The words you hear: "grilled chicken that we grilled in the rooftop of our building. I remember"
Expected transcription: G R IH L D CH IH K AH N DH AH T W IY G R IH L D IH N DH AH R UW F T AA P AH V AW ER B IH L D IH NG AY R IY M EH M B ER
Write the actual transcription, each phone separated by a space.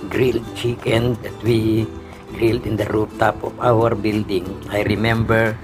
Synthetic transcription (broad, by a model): G R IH L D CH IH K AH N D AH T W IY G R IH L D IH N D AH R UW P T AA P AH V AW ER B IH L D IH NG AY R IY M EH M B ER